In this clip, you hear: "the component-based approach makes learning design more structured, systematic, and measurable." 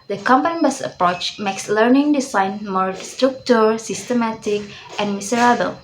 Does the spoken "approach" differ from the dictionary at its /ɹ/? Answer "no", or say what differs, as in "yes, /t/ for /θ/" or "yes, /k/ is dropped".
no